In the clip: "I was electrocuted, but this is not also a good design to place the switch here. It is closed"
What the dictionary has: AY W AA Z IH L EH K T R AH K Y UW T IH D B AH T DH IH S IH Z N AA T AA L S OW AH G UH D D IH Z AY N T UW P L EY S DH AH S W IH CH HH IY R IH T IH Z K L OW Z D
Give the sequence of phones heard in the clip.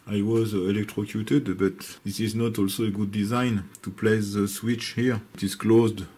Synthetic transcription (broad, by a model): AY W AA Z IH L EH K T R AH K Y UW T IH D B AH T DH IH S IH Z N AA T AA L S OW AH G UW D D IH Z AY N T UW P L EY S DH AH S W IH CH HH IY R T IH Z K L OW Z D